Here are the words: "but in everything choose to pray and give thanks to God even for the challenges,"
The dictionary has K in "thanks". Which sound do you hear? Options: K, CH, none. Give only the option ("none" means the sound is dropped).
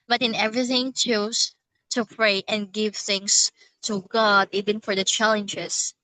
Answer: none